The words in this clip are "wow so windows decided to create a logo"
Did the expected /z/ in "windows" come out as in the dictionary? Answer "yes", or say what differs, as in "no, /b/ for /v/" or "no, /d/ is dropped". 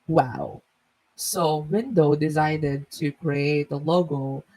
no, /z/ is dropped